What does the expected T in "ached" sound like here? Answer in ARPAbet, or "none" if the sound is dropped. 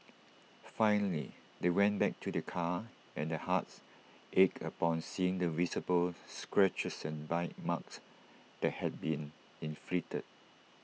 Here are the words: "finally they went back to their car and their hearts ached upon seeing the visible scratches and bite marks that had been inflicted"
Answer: none